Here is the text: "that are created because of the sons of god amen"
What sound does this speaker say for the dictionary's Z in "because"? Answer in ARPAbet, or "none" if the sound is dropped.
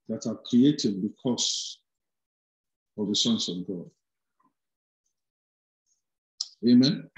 S